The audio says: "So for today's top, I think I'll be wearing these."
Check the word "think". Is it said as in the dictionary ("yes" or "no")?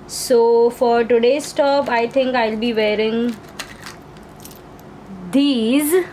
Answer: no